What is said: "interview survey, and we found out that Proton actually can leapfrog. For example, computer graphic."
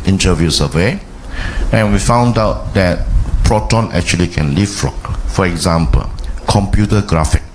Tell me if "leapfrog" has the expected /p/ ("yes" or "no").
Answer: no